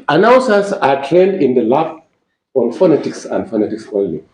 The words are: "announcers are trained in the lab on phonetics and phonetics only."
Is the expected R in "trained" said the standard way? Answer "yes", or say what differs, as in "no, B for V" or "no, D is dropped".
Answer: no, R is dropped